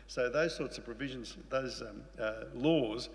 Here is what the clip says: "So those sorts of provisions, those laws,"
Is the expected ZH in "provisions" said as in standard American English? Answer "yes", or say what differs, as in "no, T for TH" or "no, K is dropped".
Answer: yes